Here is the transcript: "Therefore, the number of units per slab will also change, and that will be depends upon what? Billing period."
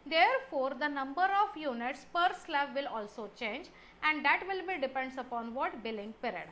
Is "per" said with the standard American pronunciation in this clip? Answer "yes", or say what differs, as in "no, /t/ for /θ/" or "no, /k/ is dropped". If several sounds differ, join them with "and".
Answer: yes